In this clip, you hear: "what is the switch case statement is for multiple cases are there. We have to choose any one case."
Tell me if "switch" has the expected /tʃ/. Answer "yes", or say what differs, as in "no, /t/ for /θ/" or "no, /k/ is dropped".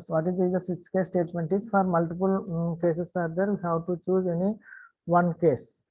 no, /s/ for /tʃ/